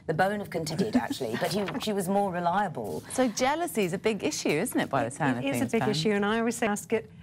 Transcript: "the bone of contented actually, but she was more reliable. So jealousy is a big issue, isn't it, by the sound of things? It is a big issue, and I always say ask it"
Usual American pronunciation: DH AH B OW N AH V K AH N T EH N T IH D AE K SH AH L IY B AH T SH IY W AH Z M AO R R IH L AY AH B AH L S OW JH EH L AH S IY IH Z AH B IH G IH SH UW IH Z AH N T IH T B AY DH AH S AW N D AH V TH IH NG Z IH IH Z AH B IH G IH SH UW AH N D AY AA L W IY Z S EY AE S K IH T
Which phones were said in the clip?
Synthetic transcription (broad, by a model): DH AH B OW N AH V K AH N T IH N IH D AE K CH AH L IY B AH T SH IY W AH Z M AO R R IH L AY AH B AH L S OW JH EH L AH S IY IH Z AH B IH G IH SH UW IH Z N T IH T B AY DH AH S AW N AH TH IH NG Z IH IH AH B IH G IH SH UW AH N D AY AA L W IY Z S EY S K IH T